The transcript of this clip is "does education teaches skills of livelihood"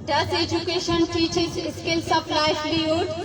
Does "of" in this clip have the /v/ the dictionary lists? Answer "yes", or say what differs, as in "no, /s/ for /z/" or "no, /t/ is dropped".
no, /p/ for /v/